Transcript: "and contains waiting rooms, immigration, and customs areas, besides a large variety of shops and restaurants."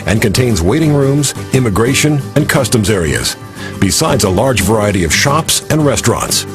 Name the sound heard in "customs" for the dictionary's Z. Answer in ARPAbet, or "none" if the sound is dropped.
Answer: Z